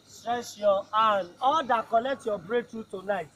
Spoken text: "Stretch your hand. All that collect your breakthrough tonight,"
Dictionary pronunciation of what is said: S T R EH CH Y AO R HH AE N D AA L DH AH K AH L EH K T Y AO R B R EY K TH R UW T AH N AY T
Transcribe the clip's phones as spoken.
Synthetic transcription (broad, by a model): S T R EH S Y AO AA N AA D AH K AH L EH K T Y AO B R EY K T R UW T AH N AY T